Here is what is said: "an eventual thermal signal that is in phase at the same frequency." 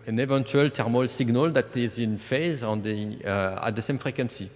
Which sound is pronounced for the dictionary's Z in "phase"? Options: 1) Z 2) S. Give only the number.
1